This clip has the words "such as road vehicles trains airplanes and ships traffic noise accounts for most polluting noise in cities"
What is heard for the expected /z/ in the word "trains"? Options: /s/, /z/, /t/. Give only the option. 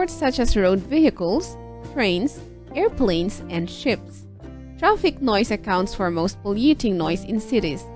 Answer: /s/